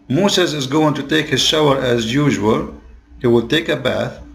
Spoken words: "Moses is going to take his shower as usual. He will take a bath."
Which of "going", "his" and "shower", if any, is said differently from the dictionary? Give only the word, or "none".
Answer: none